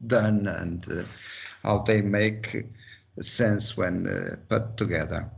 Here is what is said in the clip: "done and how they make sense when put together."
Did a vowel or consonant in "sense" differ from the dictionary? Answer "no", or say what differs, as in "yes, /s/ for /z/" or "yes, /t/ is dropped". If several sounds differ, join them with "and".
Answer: no